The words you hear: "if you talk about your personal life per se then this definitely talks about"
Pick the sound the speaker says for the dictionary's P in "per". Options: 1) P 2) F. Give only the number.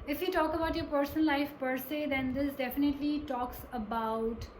1